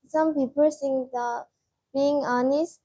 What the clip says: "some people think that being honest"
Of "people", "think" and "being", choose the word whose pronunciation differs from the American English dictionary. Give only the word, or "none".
think